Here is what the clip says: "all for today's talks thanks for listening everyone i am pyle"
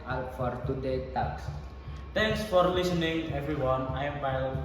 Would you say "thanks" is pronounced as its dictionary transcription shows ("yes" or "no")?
no